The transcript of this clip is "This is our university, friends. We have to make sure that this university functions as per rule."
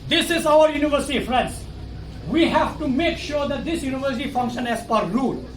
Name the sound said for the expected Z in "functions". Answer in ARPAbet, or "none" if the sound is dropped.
none